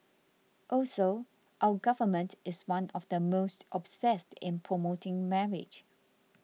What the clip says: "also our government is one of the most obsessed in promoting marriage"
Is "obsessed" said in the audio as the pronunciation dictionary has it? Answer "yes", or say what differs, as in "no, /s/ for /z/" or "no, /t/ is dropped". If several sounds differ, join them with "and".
yes